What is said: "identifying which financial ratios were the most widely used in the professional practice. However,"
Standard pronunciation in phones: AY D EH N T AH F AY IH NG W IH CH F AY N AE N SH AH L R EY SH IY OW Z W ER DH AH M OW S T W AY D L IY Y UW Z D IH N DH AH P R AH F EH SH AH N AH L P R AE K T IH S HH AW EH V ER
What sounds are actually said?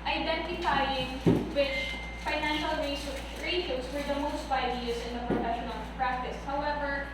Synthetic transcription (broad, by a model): AY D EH N T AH F AY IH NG W IH CH F AY N AE N SH AH L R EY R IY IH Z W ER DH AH M OW S T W AY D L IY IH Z IH N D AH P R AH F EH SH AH N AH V P R AE K T IH S HH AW EH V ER